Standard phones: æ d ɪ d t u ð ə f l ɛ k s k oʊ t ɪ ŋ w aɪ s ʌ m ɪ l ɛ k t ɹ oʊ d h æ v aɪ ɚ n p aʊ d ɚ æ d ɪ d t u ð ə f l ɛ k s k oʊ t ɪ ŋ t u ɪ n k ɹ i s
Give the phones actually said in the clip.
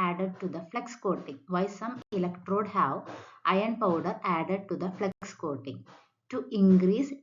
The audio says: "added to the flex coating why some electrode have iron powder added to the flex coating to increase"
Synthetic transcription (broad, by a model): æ d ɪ d t u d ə f l ɛ k s k oʊ t ɪ ŋ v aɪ s ʌ m ɪ l ɛ k t ɹ oʊ d h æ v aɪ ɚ n p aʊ d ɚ æ d ɪ d t u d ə f l ɛ k s k oʊ t ɪ ŋ t u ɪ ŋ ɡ ɹ i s